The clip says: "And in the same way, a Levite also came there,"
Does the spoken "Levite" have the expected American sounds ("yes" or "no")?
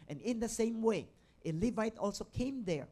yes